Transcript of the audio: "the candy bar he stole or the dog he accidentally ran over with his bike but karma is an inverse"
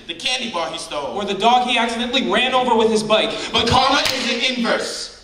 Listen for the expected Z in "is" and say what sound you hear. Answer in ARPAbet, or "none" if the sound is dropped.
Z